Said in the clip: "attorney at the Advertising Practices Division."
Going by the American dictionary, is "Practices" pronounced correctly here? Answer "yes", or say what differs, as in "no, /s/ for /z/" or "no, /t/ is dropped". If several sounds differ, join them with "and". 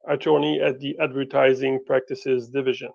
yes